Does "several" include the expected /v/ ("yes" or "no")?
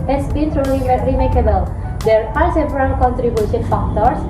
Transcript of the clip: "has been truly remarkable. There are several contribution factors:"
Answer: no